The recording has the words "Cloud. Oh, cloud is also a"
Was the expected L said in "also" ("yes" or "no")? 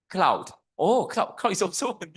no